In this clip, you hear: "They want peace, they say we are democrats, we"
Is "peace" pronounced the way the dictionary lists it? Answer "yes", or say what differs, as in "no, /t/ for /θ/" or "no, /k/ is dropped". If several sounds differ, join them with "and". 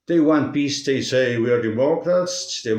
no, /b/ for /p/